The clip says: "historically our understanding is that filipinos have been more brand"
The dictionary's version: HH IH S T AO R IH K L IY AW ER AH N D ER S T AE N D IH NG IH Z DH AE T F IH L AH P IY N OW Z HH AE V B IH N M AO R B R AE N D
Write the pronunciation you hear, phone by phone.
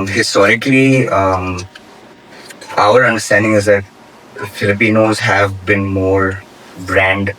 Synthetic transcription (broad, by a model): HH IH S T AO R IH K L IY AW ER AH N D ER S T AE N D IH NG IH Z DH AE T F IH L AH P IY N OW Z HH AE V B IH N M AO R B R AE N D